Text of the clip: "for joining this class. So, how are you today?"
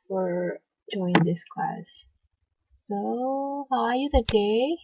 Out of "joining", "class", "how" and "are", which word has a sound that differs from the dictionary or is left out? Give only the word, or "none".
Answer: joining